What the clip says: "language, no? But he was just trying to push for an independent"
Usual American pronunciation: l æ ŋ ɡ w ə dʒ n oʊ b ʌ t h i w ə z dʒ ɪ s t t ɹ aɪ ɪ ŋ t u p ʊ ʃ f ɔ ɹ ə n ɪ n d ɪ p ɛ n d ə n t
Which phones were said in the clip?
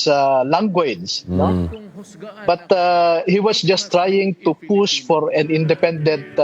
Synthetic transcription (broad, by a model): l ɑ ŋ ɡ w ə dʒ n oʊ b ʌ t h i w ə s dʒ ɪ s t t ɹ aɪ ɪ ŋ t u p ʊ s f ɔ ɹ ə n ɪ n d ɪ p ɛ n d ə n t